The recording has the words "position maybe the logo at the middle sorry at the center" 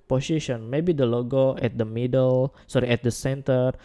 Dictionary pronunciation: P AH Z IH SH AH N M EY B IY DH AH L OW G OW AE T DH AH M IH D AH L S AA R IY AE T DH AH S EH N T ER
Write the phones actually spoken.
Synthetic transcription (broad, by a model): P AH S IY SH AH N M EY B IY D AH L OW G OW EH T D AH M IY D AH L S AA R IY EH T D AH S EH N T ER